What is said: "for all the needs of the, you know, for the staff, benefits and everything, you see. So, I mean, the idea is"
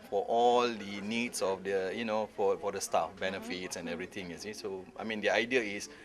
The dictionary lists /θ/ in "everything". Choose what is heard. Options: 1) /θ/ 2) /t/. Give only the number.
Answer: 2